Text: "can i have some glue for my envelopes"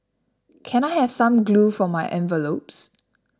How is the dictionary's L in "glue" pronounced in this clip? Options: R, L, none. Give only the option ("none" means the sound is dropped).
L